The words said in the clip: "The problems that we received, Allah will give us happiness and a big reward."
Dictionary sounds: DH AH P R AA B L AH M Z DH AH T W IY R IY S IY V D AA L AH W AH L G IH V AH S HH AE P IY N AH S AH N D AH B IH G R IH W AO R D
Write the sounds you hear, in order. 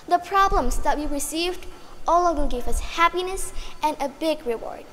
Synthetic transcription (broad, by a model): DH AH P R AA B L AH M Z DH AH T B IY R IY S IY V D AA L AH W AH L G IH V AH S HH AE P IY N AH S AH N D AH B IH G R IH W AO R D